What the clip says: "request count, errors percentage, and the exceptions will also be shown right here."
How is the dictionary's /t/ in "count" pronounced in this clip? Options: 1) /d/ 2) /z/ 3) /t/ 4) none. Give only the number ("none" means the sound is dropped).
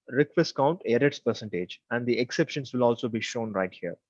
3